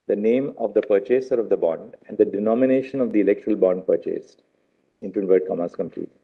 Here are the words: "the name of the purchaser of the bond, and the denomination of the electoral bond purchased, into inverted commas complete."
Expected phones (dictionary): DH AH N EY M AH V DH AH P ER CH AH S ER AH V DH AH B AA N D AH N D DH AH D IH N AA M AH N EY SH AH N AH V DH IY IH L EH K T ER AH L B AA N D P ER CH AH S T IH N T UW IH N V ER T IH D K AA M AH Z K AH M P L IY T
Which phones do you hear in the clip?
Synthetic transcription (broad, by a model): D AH N EY M AH V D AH P ER CH AH S ER AH V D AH B AA N D AH N D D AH D IH N AA M AH N EY SH AH N AH V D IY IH L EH K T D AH L B AA N D P ER CH AH S T IH N T UW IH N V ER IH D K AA M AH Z K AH M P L IY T